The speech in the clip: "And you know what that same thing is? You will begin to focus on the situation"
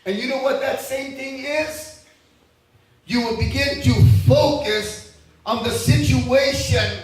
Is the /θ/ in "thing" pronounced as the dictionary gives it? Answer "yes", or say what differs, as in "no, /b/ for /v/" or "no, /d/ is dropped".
yes